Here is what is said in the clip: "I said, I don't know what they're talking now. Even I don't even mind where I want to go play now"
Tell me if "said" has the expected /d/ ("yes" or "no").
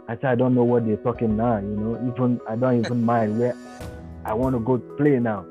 no